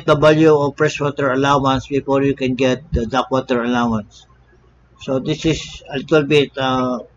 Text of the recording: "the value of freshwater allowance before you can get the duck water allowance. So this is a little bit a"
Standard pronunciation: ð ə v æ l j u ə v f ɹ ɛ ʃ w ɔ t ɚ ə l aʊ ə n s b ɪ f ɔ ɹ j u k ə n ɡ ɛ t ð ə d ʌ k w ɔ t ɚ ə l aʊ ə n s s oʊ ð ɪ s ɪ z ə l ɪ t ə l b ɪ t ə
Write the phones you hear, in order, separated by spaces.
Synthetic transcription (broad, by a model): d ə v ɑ l j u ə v p ɹ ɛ s w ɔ t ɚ ə l aʊ ə n s b ɪ f ɔ ɹ j u k ə n ɡ ɛ t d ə d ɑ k w ɔ t ɚ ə l aʊ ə n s s oʊ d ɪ s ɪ s ə l ɪ t ə l b ɪ t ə